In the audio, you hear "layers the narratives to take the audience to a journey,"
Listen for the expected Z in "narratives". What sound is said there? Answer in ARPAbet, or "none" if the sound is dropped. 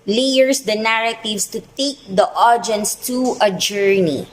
S